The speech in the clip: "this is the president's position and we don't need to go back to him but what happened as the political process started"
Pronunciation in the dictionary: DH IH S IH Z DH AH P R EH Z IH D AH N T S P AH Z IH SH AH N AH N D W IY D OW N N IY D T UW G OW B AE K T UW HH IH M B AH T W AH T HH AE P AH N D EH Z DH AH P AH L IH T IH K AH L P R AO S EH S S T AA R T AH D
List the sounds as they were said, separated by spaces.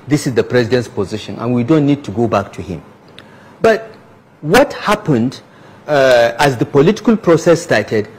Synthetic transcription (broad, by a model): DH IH S IH Z DH AH P R EH Z IH D AH N T S P AH Z IH SH AH N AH N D W IY D OW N N IY D T UW G OW B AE K T UW HH IH M B AH T W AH T HH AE P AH N D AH Z DH AH P AH L IH T IH K AH L P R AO S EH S S T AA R T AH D